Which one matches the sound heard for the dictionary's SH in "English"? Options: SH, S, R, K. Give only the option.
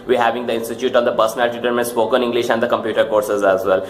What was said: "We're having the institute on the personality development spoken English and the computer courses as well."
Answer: SH